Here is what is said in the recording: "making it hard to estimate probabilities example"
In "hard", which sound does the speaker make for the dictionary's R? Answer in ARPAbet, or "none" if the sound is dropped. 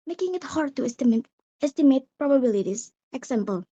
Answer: R